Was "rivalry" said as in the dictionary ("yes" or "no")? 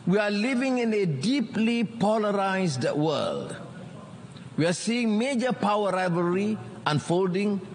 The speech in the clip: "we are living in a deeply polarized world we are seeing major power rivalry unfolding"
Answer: no